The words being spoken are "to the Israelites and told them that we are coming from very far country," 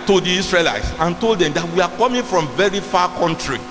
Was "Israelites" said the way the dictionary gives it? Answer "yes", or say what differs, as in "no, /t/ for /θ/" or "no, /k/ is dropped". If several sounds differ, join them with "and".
no, /s/ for /z/